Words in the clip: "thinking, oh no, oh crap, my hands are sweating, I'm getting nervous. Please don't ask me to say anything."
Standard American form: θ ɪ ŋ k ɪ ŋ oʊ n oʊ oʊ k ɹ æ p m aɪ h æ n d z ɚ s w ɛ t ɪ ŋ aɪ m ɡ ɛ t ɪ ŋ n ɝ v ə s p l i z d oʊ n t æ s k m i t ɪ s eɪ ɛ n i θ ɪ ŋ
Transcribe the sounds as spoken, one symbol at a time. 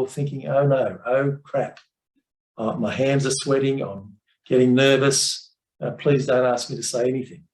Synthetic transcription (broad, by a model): θ ɪ ŋ k ɪ ŋ oʊ n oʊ oʊ k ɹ æ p m aɪ h æ n d z ɚ s w ɛ t ɪ ŋ aɪ m ɡ ɛ t ɪ ŋ n ɝ v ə s p l i z d oʊ n t æ s k m i t ɪ s eɪ ɛ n i θ ɪ ŋ